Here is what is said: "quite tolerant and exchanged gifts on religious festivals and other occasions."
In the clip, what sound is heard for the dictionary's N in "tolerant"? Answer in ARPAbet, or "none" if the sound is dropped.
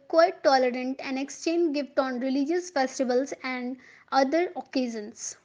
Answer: N